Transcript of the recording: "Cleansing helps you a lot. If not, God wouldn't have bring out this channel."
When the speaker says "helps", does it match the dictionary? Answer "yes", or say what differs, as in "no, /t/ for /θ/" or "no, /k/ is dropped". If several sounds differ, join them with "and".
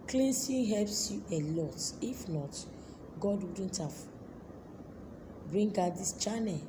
yes